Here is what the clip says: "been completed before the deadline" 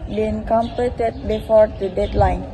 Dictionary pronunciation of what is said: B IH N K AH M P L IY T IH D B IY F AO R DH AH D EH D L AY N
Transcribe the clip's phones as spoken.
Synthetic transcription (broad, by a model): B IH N K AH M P IY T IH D B IY F AO R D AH D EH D L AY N